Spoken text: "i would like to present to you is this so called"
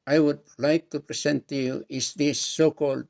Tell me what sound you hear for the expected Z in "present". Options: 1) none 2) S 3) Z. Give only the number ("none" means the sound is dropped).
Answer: 2